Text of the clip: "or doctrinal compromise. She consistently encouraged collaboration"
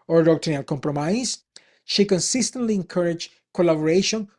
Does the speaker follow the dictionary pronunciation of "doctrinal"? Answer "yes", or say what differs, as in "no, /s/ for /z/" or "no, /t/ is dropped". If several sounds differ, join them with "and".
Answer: no, /ɹ/ is dropped